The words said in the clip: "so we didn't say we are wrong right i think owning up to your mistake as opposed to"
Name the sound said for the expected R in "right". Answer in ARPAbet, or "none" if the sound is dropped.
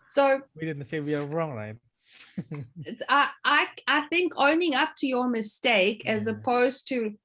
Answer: L